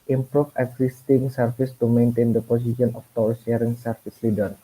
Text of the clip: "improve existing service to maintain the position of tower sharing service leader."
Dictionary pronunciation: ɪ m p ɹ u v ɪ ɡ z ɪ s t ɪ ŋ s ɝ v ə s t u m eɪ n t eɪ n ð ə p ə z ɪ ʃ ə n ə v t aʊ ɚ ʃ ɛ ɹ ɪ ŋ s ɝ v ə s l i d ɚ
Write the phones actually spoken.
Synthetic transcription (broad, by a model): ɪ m p ɹ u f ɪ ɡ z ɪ s t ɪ ŋ s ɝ f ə s t u m eɪ n t eɪ n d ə p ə s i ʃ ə n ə f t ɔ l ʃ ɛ ɹ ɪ ŋ s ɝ f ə s l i d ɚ